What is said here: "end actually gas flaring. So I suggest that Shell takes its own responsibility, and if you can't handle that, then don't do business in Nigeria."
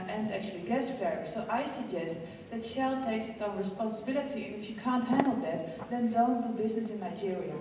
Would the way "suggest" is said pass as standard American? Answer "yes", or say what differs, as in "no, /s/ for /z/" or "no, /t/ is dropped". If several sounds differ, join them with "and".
yes